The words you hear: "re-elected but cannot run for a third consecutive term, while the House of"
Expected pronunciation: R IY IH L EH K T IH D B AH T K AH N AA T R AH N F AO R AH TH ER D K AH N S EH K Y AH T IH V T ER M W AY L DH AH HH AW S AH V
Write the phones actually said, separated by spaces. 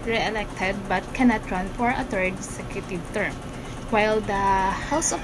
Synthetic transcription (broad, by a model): R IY IH L EH K T IH D B AH T K AH N AA T R AH N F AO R AH T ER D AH S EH K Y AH T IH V T ER M W AY L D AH HH AW S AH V